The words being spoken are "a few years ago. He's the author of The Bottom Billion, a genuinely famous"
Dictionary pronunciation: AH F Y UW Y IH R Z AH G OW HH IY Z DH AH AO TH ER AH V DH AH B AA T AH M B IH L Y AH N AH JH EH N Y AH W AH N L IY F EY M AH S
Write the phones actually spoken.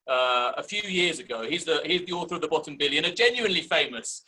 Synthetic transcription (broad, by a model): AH F Y UW Y IH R Z AH G OW HH IY Z DH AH AO TH ER AH V DH AH B AA T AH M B IH L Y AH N AH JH EH N Y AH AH N L IY F EY M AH S